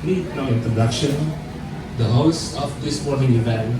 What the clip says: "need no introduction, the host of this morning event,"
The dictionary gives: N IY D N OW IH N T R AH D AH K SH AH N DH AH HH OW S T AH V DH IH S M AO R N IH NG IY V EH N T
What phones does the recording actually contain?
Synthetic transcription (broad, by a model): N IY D N OW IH N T R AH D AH K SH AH N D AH HH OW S AH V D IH S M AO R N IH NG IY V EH N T